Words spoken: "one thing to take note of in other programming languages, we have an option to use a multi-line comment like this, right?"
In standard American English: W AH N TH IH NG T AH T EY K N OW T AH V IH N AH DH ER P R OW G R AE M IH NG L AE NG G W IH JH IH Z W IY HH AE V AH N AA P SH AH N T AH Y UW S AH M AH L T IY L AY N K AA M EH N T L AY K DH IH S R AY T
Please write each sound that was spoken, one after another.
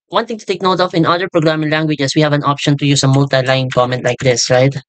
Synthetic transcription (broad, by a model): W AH N T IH NG T AH T EY K N OW T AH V IH N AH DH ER P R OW G R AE M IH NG L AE NG G W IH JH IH S W IY HH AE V AH N AA P SH AH N T AH Y UW S AH M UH L T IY L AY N K AA M EH N T L AY K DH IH S R AY T